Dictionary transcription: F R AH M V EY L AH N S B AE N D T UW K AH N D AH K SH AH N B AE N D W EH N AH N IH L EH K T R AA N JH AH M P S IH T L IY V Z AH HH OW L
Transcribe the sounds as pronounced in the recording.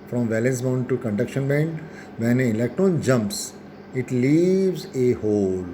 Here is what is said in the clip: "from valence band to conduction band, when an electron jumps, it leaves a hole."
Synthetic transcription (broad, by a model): F R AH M V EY L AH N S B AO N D T UW K AH N D AH K SH AH N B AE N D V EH N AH IH L EH K T R AA N JH AH M P S IH T L IY V Z AH HH OW L